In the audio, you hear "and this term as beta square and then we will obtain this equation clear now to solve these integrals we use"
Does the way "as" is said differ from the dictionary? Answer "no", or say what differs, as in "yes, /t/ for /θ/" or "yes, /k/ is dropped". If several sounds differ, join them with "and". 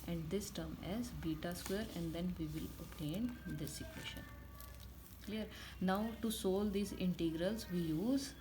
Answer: no